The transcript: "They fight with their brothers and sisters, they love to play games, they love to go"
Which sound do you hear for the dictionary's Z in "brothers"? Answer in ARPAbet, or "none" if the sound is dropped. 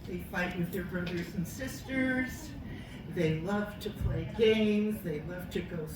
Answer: Z